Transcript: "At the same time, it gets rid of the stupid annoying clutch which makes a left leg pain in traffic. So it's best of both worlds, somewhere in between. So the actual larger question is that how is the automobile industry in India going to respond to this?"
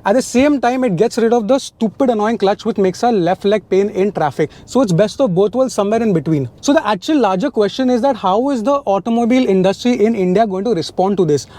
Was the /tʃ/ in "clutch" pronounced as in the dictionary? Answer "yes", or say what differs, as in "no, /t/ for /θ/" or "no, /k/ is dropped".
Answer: yes